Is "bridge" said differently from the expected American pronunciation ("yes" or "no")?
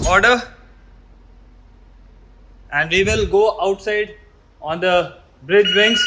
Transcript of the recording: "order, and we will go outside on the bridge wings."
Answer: no